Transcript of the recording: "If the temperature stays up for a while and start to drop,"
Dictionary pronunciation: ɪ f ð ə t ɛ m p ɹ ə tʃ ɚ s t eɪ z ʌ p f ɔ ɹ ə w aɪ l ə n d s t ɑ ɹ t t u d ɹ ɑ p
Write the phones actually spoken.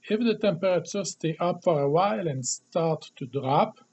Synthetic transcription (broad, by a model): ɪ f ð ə t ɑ p ɹ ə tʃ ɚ s t eɪ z ʌ p f ɔ ɹ ə w aɪ l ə n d s t ɑ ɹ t t u d ɹ ɑ p